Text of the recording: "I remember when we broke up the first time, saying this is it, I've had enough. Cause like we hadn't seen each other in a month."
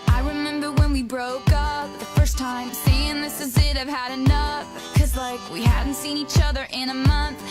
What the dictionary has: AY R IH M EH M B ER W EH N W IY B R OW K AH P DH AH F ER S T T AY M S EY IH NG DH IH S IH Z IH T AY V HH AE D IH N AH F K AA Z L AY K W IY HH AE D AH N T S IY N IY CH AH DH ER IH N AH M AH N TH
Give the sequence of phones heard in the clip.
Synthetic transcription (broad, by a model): AY R IH M EH M B ER W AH N W IY B R OW K AH P DH AH F ER S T T AY M S EY IH NG DH IH S IH Z IH T AY V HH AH D IH N AH F K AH Z L AY K W IY HH AE D N T S IY N IY CH AH DH ER IH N AH M AH N TH